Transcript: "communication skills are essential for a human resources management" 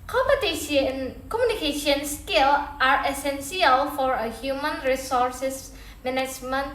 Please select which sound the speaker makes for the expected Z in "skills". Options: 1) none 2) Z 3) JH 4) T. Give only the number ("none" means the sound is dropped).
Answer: 1